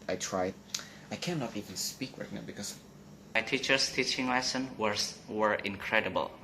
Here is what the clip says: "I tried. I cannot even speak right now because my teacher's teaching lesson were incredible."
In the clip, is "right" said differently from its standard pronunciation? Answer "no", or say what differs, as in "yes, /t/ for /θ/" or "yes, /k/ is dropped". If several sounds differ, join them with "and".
yes, /w/ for /ɹ/